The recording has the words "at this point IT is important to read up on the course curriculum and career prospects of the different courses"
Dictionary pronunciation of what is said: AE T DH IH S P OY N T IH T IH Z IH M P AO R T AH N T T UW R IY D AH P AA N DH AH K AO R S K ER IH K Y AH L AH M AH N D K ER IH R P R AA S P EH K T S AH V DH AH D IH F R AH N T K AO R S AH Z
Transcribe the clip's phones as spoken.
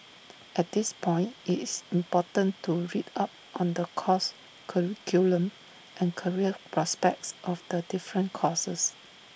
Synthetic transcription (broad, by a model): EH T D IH S P OY N T IH T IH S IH M P AO T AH N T T UW R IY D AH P AA N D AH K AO S K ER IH K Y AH L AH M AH N K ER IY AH P R AA S P EH K T S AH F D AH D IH F R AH N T K AO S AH S